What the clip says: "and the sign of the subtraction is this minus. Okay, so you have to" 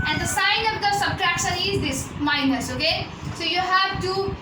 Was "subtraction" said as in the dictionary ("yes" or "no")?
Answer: yes